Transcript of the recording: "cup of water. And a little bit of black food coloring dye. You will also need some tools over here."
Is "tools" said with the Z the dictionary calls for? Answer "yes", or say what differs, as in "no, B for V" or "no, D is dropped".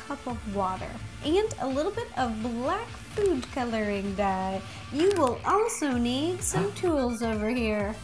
yes